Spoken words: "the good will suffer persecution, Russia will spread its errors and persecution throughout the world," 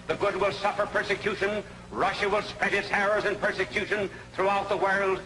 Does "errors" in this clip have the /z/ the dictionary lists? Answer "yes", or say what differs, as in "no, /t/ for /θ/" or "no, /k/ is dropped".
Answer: yes